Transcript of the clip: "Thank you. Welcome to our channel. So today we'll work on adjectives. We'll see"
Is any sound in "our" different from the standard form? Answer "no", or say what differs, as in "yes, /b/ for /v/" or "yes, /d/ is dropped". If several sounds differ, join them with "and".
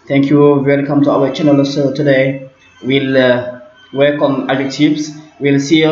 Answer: yes, /w/ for /ɹ/